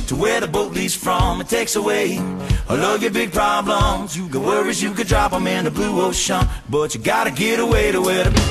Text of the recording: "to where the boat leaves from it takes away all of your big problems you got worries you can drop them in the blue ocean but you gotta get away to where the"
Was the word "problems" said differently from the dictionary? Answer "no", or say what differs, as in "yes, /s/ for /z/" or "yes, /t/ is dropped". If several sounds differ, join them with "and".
no